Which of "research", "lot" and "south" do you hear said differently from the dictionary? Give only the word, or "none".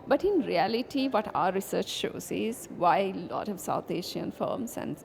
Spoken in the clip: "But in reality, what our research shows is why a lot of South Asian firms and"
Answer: south